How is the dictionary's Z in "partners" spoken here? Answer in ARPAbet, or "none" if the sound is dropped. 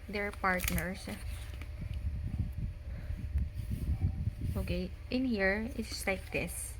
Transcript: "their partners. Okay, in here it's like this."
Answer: S